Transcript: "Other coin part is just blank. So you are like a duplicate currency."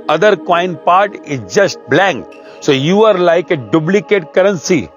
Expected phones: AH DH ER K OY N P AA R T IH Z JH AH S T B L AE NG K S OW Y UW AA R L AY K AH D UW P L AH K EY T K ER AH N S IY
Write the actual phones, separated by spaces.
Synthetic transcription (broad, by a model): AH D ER K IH N P AA R T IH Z JH AH S T B L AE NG K S OW Y UW AA R L AY K AH D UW B L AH K EY T K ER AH N S IY